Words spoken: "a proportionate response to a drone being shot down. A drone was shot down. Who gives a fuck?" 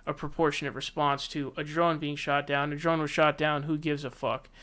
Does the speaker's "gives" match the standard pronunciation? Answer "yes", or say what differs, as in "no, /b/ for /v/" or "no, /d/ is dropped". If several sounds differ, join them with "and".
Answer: yes